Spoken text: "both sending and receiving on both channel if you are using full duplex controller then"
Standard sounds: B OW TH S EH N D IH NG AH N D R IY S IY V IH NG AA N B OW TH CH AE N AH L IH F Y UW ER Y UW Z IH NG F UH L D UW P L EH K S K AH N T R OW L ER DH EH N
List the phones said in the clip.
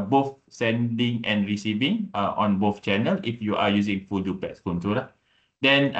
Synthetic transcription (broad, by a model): B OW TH S EH N D IH NG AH N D R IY S IY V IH NG AA N B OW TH CH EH N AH L IH F Y UW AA Y UW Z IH NG F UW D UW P EH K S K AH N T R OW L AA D EH N